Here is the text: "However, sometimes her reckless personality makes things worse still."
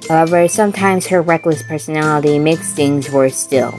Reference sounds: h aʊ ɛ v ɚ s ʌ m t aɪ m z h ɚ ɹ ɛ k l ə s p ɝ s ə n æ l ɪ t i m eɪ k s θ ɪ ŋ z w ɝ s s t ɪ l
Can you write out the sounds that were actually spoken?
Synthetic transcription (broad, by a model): h aʊ ɛ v ɚ s ʌ m t aɪ m z h ɚ ɹ ɛ k l ə s p ɝ s ə n æ l ɪ t i m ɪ k s θ ɪ ŋ z w ɝ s s t ɪ l